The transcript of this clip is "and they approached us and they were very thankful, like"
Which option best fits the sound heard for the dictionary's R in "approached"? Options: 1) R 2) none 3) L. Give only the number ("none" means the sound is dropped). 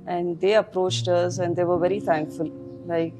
1